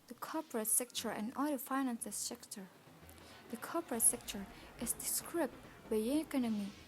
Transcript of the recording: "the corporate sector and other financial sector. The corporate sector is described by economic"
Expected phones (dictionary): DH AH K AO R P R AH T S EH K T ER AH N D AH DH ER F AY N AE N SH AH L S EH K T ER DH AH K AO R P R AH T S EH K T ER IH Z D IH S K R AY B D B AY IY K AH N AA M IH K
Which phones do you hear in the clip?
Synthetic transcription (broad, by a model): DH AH K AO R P R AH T S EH K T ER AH N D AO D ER F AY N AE N S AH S S EH K T ER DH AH K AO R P R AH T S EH K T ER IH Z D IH S K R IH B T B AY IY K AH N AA M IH